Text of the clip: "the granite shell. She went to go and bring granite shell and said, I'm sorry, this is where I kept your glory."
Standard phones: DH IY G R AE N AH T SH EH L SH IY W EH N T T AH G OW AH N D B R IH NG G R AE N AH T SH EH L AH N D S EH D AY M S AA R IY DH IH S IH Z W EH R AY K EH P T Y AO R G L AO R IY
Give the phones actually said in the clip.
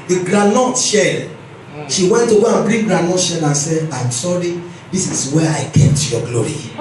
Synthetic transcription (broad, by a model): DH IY G R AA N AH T SH EH L SH IY W EH N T T AH G OW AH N B R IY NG G R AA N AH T SH EH L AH N S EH AY M S AA R IY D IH S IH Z W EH AY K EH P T Y AO G L AO R IY